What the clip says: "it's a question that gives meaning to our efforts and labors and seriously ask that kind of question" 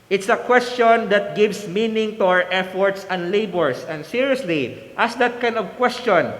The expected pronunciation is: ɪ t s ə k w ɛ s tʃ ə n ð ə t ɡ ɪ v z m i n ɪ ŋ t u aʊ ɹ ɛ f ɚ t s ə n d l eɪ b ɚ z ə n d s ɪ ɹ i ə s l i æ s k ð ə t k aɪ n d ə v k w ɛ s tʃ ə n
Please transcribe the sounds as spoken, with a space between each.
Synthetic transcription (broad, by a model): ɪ t s ə k w ɛ s tʃ ə n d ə t ɡ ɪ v s m i n ɪ ŋ t u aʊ ɹ ɛ f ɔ t s ə n d l eɪ b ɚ s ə n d s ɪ ɹ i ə s l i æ s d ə t k aɪ n d ə v k w ɛ s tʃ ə n